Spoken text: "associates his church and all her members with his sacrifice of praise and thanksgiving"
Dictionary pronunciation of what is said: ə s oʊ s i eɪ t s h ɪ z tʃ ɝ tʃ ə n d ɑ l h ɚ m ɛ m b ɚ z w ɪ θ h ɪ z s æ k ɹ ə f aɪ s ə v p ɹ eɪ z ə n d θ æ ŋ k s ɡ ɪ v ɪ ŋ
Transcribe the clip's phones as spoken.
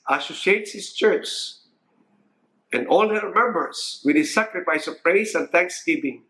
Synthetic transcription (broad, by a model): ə s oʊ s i eɪ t s h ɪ s tʃ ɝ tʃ ə n d ɑ l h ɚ m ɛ m b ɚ s w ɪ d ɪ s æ k ɹ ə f aɪ s ə v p ɹ eɪ s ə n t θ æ ŋ k s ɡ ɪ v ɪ ŋ